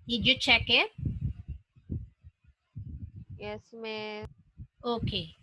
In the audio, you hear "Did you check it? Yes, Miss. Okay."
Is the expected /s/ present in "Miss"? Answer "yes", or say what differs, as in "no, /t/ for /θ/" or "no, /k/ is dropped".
no, /s/ is dropped